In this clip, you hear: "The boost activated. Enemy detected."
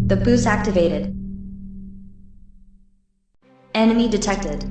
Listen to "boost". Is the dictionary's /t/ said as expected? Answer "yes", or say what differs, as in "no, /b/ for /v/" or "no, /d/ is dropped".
no, /t/ is dropped